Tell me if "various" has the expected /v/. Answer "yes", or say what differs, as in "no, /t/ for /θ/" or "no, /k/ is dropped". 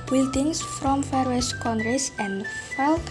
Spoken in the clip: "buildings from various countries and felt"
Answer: no, /f/ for /v/